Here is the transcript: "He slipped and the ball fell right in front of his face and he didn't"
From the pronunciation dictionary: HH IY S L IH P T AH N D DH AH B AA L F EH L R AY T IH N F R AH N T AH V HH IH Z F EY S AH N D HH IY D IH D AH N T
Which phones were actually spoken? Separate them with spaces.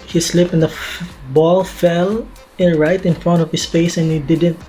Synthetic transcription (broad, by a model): HH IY S L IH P AH N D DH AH B AA L F EH L R AY T IH N F R AH N T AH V HH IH S F EY S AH N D HH IY D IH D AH N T